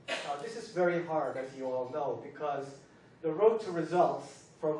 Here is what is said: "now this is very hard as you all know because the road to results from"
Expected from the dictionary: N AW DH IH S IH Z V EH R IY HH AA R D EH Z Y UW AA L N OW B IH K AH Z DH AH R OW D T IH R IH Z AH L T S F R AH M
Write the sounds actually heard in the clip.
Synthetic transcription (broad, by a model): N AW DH IH S IH Z V EH R IY HH AA R D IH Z Y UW AA L N OW B IH K AH Z DH AH R OW T IH R IH Z AH L T S F R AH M